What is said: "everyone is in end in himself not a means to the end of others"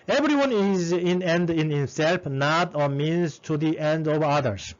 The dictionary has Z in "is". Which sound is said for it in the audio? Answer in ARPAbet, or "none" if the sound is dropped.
Z